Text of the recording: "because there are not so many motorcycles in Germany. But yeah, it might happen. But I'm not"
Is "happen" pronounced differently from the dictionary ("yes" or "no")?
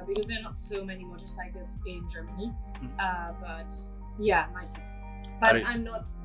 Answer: yes